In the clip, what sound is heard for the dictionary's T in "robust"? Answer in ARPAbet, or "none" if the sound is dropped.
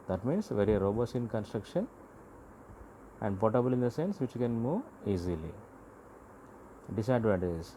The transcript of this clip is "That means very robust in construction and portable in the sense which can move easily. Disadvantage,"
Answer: none